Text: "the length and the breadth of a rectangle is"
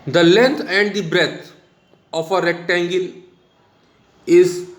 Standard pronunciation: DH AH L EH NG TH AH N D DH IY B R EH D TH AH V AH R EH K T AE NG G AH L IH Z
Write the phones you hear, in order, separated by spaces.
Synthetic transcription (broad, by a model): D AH L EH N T AH N D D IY B R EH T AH F AH R EH K T AE NG G AH L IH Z